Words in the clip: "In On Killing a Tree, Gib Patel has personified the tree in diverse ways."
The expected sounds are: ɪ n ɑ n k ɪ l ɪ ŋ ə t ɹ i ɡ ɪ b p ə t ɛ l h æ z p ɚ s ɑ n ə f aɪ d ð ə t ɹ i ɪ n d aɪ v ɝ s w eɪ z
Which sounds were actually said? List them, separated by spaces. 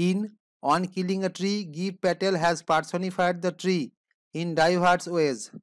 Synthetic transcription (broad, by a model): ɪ n ɑ n k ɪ l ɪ ŋ ə t ɹ i ɡ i p ə t ɛ l h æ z p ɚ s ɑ n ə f aɪ d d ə t ɹ i ɪ n d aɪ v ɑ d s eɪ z